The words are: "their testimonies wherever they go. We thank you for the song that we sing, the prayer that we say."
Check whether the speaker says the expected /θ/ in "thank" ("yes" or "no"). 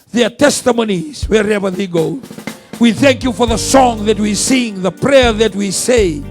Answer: yes